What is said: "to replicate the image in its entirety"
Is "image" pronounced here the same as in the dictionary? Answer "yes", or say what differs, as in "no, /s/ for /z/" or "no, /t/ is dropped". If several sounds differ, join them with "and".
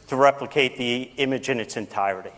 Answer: yes